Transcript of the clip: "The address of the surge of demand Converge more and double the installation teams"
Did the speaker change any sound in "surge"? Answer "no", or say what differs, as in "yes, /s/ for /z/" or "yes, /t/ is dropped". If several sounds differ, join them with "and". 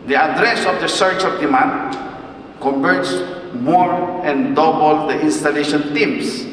yes, /tʃ/ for /dʒ/